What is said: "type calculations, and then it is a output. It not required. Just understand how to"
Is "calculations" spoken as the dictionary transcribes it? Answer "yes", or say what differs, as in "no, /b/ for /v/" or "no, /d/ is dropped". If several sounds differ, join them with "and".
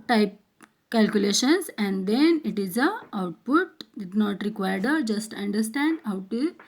no, /s/ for /z/